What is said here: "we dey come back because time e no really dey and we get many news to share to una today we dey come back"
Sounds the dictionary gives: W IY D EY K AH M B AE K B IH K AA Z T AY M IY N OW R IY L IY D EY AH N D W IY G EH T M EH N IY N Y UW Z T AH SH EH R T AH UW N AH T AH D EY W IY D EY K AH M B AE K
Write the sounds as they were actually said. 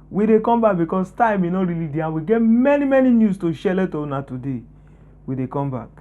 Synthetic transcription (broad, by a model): W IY D EY K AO M B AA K B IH K AA S T AY M IY N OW R IY L IY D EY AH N W IY G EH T M EH N IY N Y UW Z T AH SH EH L T AH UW N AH T AH D EY W IY D EY K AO M B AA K